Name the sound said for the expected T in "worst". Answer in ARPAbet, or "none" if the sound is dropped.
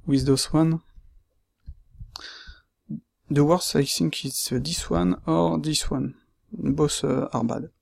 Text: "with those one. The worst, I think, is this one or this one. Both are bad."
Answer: none